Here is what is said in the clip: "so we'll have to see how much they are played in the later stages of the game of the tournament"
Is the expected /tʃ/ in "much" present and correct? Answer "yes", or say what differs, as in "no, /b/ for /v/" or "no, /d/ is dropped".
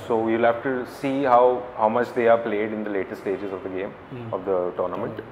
yes